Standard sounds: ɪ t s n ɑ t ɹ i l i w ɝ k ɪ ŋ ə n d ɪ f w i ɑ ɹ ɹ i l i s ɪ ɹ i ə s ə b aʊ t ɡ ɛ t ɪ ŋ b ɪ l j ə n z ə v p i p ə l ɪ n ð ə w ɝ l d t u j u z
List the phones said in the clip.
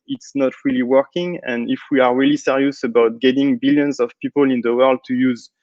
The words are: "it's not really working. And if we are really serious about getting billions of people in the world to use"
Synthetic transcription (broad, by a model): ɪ t s n ɑ t ɹ i l i w ɝ k ɪ ŋ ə n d ɪ f w i ɑ ɹ ɹ i l i s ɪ ɹ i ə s ə b aʊ t ɡ ɛ t ɪ ŋ b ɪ l j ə n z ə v p i p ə l ɪ n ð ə w ɝ l d t u j u z